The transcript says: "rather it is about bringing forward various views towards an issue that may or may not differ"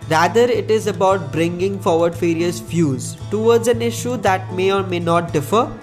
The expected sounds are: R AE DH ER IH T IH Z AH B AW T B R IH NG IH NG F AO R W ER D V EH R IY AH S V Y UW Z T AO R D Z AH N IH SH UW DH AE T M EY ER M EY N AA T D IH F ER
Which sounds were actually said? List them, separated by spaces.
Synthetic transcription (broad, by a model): R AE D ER IH T IH Z AH B AW T B R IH NG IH NG F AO R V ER D F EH R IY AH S F Y UW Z T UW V D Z AH N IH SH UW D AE T M EY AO M EY N AA T D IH F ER